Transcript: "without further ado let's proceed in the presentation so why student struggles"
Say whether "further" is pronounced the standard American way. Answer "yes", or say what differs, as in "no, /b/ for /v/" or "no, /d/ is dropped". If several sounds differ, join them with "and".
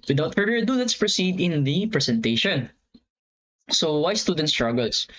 no, /ð/ is dropped